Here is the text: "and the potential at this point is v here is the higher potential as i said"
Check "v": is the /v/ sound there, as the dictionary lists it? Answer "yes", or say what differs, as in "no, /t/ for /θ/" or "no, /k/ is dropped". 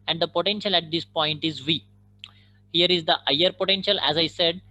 yes